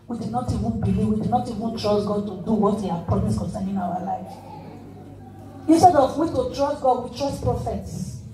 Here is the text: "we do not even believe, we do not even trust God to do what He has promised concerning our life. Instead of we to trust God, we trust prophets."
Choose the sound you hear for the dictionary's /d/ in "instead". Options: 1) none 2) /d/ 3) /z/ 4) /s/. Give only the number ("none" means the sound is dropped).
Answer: 2